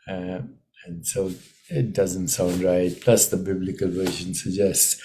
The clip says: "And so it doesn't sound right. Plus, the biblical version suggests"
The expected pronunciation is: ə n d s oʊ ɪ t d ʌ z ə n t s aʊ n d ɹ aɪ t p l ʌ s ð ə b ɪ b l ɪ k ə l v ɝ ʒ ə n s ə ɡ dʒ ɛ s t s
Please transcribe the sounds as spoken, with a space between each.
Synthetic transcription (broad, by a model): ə n s oʊ ɪ t d ʌ z ə n t s aʊ n d ɹ aɪ t p l ʌ s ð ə b ɪ b l ɪ k ə l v ɝ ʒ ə n s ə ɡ dʒ ɛ s t s